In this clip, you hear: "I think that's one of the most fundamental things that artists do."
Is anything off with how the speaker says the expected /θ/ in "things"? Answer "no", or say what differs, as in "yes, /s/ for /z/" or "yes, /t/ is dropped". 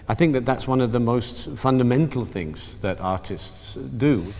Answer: no